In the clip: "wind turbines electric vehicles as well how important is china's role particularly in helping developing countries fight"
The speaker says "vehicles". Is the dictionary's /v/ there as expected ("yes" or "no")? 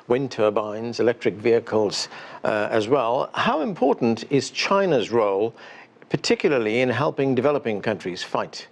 yes